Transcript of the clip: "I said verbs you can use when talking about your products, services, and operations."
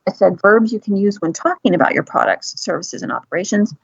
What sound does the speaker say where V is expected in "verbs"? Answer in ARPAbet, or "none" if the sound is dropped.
V